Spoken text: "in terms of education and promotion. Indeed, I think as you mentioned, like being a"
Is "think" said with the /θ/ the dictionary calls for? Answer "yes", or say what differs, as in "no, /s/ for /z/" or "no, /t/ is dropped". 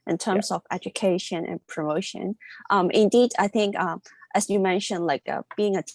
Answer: yes